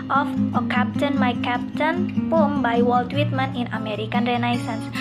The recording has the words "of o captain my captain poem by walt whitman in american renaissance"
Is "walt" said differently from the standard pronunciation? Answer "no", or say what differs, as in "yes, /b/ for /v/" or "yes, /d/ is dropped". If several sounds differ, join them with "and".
no